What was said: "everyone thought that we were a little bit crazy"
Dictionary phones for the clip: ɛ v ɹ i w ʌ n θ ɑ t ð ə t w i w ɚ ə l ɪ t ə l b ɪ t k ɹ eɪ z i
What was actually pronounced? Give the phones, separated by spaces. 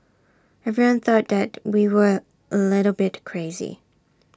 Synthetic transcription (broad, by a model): ɛ v ɹ i w ʌ n θ ɑ t ð ə t w i w ɚ ə l ɪ t l b ɪ t k ɹ eɪ z i